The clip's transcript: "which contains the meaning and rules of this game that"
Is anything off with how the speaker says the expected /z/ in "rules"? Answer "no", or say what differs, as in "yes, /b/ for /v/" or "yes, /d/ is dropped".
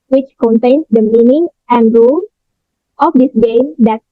yes, /z/ is dropped